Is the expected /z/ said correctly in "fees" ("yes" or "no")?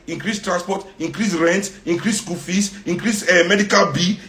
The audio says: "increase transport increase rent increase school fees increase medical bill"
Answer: no